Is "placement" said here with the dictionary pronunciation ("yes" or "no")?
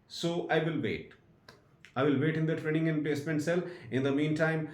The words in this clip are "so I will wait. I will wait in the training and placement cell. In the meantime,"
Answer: no